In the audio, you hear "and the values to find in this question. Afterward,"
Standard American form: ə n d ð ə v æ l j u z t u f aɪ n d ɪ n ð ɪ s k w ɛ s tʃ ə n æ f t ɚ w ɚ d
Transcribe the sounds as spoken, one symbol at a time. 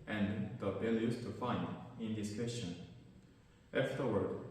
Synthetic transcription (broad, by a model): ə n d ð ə b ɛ l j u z t u f aɪ n d ɪ n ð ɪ s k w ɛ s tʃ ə n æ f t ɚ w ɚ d